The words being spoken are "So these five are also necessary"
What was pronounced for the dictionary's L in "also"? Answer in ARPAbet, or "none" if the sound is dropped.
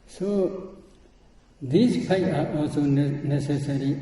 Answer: L